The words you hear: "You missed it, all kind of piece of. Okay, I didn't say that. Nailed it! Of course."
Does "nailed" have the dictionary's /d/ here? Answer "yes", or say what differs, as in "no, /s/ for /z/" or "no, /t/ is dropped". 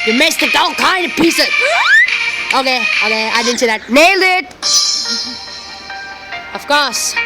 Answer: no, /d/ is dropped